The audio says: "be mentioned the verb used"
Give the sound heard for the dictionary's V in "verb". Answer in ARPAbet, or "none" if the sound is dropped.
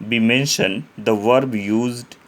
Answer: V